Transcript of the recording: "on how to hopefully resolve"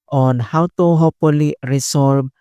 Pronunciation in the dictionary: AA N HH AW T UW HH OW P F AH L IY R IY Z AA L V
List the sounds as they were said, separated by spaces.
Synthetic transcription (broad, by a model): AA N HH AW T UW HH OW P AH L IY R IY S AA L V